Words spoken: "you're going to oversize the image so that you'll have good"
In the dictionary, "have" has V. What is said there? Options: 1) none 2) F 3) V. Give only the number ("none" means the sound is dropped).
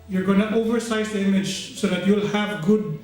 3